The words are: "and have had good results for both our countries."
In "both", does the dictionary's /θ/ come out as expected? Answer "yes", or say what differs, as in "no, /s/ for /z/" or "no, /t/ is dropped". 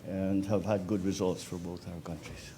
yes